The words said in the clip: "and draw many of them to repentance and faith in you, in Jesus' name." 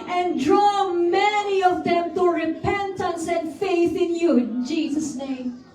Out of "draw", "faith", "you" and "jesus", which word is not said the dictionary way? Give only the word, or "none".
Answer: none